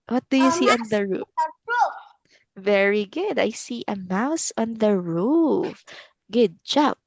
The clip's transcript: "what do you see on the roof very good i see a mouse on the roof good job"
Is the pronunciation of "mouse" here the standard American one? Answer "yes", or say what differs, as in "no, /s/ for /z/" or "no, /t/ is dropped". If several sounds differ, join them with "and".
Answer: yes